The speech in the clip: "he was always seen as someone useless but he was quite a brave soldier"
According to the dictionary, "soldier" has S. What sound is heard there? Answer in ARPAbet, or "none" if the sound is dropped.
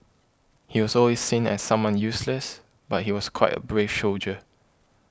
SH